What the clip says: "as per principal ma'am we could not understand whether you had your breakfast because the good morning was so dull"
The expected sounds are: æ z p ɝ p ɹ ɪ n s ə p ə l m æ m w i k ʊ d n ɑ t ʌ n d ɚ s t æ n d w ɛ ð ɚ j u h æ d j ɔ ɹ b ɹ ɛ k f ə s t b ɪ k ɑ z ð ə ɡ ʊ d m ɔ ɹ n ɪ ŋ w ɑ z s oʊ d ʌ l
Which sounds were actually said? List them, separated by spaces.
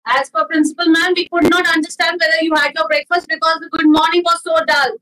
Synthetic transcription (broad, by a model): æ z f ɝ p ɹ ɪ n s ə p ə l m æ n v i k ʊ d n ɑ t ʌ n d ɚ s t æ n d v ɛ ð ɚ j u h æ d j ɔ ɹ b ɹ ɛ k f ə s t b ɪ k ɑ z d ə ɡ ʊ d m ɔ ɹ n ɪ ŋ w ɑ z s oʊ d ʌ l